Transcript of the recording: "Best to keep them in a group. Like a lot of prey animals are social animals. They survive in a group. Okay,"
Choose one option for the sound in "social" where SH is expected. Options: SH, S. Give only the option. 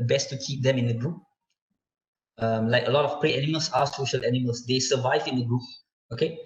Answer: SH